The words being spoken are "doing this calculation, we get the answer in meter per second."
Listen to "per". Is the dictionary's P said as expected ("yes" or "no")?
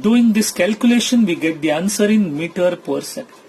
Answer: yes